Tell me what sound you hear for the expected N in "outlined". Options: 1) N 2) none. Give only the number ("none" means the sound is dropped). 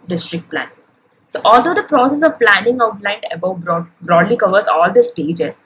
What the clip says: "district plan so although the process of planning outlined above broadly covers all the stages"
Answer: 1